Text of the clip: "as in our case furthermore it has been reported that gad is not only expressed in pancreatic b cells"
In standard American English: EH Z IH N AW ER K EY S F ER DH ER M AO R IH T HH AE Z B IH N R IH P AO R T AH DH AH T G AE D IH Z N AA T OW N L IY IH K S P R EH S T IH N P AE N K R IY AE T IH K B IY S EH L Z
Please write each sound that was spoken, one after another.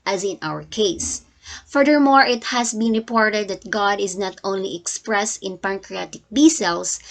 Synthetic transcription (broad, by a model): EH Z IH N AW ER K EY S F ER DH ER M AO R IH T HH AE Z B IH N R IH P AO R T AH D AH T G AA D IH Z N AA T OW N L IY IH K S P R EH S T IH N P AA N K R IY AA T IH K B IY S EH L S